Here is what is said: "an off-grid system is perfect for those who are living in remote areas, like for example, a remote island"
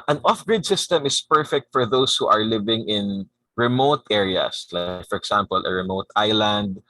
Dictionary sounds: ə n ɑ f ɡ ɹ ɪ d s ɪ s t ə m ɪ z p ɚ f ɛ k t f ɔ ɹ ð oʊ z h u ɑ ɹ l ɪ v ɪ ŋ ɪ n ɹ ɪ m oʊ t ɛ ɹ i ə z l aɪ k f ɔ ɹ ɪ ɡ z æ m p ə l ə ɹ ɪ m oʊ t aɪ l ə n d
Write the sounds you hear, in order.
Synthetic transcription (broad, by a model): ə n ɑ f ɡ ɹ ɪ d s ɪ s t ə m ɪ s p ɚ f ɛ k t f ɔ ɹ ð oʊ s h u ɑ ɹ l ɪ v ɪ ŋ ɪ n ɹ ɪ m oʊ t ɛ ɹ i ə s l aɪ k f ɔ ɹ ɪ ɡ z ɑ m p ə l ə ɹ ɪ m oʊ t aɪ l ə n d